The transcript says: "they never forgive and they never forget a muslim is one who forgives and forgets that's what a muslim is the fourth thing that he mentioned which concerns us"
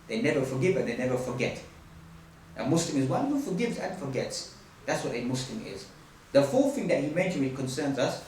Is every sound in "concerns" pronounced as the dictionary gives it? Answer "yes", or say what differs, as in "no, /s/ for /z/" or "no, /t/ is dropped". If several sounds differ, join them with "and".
yes